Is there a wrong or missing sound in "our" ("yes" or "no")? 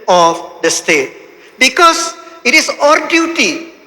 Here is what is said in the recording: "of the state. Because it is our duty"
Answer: no